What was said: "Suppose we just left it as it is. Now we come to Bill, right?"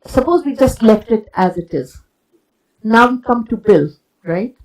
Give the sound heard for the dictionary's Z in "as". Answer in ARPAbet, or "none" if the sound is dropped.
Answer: Z